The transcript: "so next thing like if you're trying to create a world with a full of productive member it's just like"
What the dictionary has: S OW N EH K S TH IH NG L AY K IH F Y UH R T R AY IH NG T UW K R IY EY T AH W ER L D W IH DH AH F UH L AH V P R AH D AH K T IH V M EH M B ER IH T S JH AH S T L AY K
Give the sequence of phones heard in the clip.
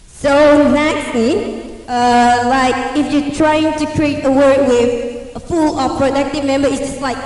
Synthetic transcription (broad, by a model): S OW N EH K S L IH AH L AY K IH F Y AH T R AY IH NG T UW K R IY EY T AH W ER D W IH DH AH F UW L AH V P R AH D AH K T IH V M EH M B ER IH T S JH AH S T L AY K